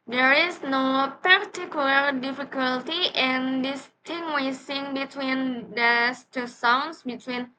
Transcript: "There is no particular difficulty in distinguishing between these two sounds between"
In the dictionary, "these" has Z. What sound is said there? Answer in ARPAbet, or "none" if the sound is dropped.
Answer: S